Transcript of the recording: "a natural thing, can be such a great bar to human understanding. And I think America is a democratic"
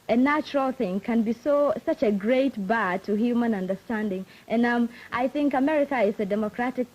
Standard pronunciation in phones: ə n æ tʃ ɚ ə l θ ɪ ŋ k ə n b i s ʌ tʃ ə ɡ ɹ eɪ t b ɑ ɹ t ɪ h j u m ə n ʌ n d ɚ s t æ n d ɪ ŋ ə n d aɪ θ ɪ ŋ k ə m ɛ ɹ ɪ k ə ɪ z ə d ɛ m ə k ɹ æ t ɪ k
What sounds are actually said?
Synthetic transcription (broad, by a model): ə n æ tʃ ɚ ə l θ ɪ ŋ k ə n b i s ʌ tʃ ə ɡ ɹ eɪ t b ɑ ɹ t ɪ h j u m ə n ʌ n d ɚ s t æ n d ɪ ŋ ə n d aɪ θ ɪ ŋ k ə m ɛ ɹ ɪ k ə ɪ z ə d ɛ m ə k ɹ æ t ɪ k